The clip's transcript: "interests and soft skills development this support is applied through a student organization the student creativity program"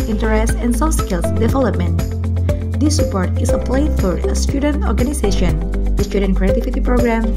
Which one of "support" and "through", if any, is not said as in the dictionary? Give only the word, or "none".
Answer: through